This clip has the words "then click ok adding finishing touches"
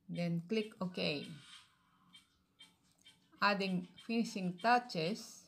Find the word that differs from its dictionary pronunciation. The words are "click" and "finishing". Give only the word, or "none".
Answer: finishing